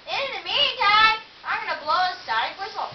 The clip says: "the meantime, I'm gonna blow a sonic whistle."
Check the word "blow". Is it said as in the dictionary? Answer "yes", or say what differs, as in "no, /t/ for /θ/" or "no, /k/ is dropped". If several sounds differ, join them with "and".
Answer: yes